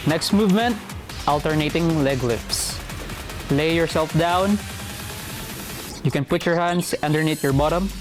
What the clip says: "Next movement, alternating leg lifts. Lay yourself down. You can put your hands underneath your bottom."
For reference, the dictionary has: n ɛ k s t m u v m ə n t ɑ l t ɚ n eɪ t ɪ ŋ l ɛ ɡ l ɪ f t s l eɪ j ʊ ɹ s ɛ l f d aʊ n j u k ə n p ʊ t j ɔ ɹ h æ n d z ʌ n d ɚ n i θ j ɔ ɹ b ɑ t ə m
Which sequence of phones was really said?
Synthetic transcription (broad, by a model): n ɛ k s t m u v m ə n t ɑ l t ɚ n eɪ t ɪ ŋ l ɛ ɡ l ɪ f s l eɪ j ʊ ɹ s ɛ l f d aʊ n j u k ə n p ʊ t j ɔ ɹ h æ n d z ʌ n d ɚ n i t j ɔ ɹ b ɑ t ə m